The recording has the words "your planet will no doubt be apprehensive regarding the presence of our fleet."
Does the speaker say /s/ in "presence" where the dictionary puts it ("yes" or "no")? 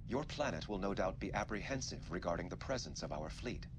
yes